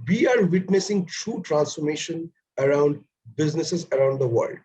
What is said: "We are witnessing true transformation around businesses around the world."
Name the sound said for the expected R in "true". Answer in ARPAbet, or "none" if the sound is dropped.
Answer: R